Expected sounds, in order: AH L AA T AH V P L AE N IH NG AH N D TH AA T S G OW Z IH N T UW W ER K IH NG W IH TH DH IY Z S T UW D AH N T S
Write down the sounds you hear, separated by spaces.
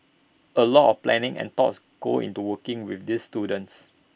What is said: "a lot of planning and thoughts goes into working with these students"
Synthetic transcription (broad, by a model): AH L AA T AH F P L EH N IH NG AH N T AA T S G OW IH N T UW W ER K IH NG W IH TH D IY S T UW D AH N T S